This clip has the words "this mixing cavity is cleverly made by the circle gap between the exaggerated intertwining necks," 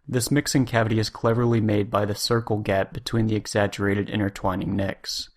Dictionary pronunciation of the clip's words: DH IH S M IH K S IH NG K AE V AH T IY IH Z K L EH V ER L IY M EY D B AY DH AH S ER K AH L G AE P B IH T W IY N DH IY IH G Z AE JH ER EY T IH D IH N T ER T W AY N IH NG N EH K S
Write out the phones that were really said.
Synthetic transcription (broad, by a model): DH IH S M IH K S IH NG K AE V AH T IY IH Z K L EH V ER L IY M EY D B AY DH AH S ER K L G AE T B IH T W IY N DH IY IH G Z AE JH ER EY T IH D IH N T ER T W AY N IH NG N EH K S